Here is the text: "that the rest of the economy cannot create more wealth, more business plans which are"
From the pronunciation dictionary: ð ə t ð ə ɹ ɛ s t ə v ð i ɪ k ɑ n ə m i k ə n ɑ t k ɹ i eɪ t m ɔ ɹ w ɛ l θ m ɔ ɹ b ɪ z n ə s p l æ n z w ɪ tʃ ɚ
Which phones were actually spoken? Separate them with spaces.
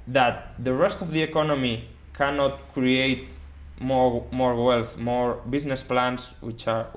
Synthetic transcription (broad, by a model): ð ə t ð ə ɹ ɛ s t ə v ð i ɪ k ɑ n ə m i k ə n ɑ t k ɹ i eɪ t m ɔ ɹ w ɛ l θ m ɔ ɹ b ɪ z n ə s p l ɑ n s w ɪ tʃ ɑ